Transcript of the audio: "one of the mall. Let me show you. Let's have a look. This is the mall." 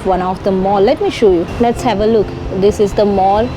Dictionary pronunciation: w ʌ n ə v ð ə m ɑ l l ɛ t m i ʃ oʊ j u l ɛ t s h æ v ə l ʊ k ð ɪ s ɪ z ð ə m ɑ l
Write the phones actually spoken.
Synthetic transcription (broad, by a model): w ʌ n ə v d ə m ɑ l l ɛ t m i ʃ oʊ j u l ɛ t s h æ v ə l ʊ k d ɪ s ɪ z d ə m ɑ l